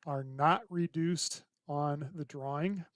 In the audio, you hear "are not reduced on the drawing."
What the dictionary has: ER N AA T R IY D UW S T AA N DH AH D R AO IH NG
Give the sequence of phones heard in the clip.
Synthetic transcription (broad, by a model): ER N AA T R IY D UW S T N DH AH D R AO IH NG